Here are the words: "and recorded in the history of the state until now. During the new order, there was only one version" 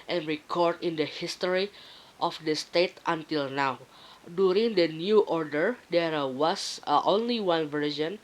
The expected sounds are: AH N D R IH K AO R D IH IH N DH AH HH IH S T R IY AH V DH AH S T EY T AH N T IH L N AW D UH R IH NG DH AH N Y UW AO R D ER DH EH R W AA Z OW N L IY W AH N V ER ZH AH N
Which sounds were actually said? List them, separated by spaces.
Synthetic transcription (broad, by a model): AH N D R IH K AO R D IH IH N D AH HH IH S T R IY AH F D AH S T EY T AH N T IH L N AW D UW R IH NG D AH N Y UW AO R D ER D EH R W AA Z OW N L IY W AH N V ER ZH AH N